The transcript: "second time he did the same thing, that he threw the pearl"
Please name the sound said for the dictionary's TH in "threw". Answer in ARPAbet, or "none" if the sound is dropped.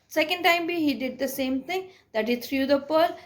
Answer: T